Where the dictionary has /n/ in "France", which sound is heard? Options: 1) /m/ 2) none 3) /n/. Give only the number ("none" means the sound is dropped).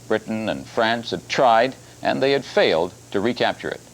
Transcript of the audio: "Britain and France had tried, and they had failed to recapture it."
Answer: 3